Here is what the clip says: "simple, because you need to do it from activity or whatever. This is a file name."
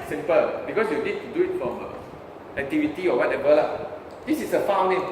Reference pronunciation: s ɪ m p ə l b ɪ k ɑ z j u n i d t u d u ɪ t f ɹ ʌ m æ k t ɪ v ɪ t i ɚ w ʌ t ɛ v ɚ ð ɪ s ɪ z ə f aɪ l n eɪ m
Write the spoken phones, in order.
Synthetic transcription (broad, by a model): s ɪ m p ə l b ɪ k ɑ s j u n i d t u d u ɪ t f ɹ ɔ m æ k t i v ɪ t i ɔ w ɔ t ɛ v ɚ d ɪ s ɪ s ə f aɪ w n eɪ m